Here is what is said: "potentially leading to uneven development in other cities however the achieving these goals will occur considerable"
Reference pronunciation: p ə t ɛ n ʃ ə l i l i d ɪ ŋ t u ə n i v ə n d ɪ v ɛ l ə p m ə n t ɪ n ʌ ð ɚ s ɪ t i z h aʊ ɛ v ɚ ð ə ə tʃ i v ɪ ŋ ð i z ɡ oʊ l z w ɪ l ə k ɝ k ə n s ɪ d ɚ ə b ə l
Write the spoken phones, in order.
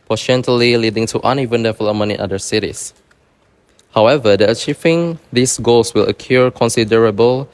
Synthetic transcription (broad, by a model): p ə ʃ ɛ n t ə l i l i d ɪ ŋ t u ə n i v ə n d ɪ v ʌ l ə m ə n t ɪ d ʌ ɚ s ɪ t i s h aʊ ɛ v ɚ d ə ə tʃ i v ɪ ŋ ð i s ɡ oʊ l s w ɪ l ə k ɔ k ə n s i d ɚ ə b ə l